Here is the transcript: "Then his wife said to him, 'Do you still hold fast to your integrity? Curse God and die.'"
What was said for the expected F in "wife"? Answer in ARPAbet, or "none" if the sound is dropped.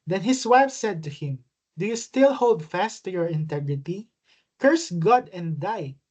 F